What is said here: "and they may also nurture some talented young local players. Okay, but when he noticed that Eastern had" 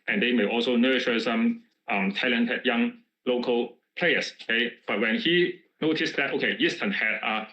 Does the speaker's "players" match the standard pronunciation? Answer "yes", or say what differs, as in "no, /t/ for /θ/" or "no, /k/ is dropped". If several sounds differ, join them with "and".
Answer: no, /s/ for /z/